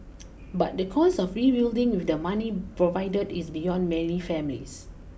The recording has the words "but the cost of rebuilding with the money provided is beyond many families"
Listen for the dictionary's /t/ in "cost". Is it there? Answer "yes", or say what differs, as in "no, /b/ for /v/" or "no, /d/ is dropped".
no, /t/ is dropped